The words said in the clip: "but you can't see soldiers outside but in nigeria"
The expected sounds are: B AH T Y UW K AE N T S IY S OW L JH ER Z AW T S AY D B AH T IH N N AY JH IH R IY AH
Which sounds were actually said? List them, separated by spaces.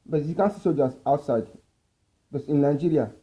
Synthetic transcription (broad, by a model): B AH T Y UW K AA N S IY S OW JH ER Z AW T S AY D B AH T IH N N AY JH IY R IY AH